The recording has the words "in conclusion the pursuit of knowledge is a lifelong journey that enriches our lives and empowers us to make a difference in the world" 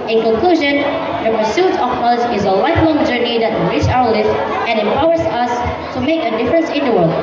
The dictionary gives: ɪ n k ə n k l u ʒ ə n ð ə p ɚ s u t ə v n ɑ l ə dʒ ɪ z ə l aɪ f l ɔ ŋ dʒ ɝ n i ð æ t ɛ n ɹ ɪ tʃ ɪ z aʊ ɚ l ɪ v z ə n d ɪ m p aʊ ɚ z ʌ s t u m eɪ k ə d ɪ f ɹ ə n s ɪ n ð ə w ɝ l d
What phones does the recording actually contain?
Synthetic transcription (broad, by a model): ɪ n k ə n k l u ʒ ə n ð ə p ɚ s u t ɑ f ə z ɪ z ə l aɪ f l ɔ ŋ dʒ ɝ n i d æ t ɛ ɹ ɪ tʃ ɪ ʊ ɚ l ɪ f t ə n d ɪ m p aʊ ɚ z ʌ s t u m eɪ k ə d ɪ f ɹ ə n s ɪ n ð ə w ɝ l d